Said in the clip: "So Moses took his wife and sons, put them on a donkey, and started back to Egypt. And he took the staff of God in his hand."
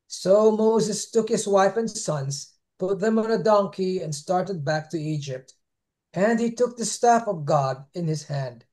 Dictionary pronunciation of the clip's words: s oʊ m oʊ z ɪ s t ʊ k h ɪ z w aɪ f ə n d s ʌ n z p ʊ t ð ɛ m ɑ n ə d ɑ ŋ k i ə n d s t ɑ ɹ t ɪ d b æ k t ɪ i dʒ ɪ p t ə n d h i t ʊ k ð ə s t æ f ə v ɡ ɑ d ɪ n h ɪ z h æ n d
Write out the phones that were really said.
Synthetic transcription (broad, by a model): s oʊ m oʊ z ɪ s t ʊ k h ɪ z w aɪ f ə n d s ʌ n z p ʊ t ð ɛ m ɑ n ə d ɑ ŋ k i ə n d s t ɑ ɹ t ɪ d b æ k t ɪ i dʒ ɪ p t ə n d h i t ʊ k ð ə s t æ f ə v ɡ ɑ d ɪ n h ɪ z h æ n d